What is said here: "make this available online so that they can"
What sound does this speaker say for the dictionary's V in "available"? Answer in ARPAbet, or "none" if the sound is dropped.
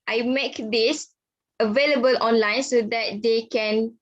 V